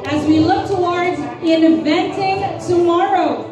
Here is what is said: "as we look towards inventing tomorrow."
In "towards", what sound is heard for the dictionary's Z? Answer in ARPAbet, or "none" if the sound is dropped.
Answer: Z